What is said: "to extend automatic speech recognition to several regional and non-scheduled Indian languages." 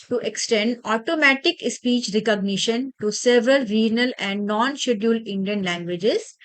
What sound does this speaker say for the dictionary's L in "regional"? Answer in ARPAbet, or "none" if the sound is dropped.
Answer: L